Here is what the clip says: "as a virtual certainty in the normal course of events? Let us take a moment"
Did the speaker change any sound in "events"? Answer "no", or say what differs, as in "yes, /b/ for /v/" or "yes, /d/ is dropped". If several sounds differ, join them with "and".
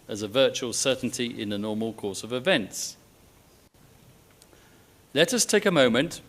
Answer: no